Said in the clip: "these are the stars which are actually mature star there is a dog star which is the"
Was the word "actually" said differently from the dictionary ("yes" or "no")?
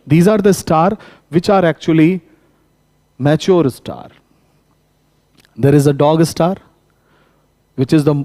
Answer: no